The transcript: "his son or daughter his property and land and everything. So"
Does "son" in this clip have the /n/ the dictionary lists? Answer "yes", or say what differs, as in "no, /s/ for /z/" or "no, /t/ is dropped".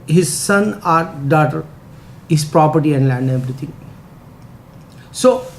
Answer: yes